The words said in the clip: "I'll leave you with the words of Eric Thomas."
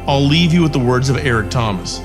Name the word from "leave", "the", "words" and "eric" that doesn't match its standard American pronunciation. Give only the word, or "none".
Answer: none